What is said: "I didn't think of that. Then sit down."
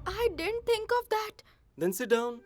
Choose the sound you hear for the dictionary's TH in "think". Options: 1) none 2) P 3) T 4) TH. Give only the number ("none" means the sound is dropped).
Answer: 3